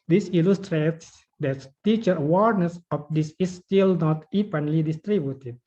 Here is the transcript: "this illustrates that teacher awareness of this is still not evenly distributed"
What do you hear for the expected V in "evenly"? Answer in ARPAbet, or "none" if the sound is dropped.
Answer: P